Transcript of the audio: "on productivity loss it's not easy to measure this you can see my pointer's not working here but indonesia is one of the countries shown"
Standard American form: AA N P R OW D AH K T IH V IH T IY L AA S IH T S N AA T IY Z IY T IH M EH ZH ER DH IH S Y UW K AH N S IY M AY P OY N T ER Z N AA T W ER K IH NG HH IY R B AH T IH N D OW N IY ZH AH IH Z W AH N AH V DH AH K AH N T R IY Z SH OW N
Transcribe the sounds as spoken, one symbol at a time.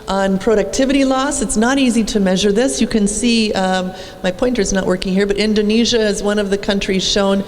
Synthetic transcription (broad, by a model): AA N P R OW D AH K T IH V IH T IY L AA S IH T S N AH T IY Z IY T IH M EH ZH ER DH IH S Y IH K AH N S IY M AY P OY N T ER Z N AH T W ER K IH NG HH IY R B AH T IH N D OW N IY ZH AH IH Z W AH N AH V DH AH K AH N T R IY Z SH OW N